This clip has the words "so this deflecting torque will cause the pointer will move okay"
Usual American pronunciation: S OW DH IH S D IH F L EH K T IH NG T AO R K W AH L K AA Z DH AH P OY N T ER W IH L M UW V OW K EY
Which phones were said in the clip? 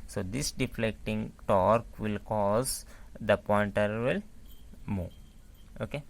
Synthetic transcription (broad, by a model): S OW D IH S D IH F L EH K T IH NG T AO R K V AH L K AA Z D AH P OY N T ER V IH L M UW OW K EY